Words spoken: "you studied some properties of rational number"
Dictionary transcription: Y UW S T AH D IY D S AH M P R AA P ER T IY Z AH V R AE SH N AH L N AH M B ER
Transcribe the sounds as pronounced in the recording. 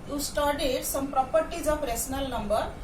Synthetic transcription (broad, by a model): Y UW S T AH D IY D S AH M P R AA P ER T IY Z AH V R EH S N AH L N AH M B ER